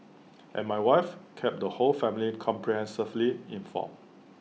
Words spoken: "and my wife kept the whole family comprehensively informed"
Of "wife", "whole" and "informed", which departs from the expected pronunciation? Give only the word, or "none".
informed